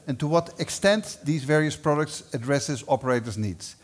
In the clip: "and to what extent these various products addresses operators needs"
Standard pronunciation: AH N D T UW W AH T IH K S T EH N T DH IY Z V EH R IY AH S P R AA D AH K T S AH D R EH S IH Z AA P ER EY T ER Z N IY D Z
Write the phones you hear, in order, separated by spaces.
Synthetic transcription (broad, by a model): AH N T UW W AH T IH K S T EH N T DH IY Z V EH R IY AH S P R AA D AH K T S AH D R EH S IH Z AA P ER EY T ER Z N IY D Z